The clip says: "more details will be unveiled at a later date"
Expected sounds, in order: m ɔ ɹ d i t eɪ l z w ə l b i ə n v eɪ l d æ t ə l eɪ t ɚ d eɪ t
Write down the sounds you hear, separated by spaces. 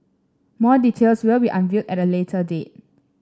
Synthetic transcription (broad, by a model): m ɔ d i t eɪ l s w ə l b i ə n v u d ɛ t ə l eɪ t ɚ d eɪ t